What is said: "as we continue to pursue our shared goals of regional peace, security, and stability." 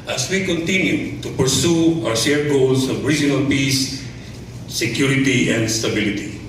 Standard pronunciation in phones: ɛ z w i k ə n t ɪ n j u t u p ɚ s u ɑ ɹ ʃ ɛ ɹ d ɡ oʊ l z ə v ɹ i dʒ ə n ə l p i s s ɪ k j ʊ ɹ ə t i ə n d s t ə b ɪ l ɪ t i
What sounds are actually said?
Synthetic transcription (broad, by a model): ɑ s w i k ə n t ɪ n j u t u p ɚ s u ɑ w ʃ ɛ ɹ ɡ oʊ l s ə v ɹ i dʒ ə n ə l p i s s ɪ k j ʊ ɹ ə t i ə n d s t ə b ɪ l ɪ t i